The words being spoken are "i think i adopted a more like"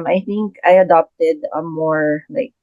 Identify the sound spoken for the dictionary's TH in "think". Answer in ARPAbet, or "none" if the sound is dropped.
TH